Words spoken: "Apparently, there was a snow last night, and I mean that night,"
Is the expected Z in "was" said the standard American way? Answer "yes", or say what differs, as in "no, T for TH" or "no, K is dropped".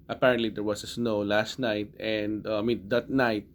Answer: no, S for Z